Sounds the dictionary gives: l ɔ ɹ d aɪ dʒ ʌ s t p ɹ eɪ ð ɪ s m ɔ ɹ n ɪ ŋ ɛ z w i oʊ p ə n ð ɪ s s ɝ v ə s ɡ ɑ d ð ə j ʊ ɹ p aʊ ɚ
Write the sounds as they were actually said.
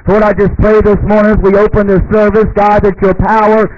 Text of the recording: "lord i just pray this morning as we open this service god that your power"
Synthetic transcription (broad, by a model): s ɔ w d aɪ dʒ ʌ s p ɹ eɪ ð ɪ s m ɔ ɹ n ɪ ŋ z w i oʊ p ə n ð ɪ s s ɝ v ə s ɡ ɑ d ð ə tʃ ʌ ɹ p aʊ ɚ